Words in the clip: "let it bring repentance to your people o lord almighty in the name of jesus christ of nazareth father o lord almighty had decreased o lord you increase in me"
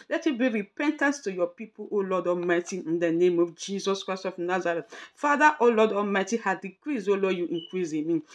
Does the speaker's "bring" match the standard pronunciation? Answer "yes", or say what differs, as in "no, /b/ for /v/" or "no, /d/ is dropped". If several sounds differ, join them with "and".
no, /ɹ/ is dropped